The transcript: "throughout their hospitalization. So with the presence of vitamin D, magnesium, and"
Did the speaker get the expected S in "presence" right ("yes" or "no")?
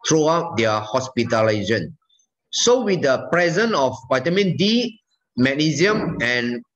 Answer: no